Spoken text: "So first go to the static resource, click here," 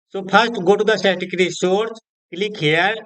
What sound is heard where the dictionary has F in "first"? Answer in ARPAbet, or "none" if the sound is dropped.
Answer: P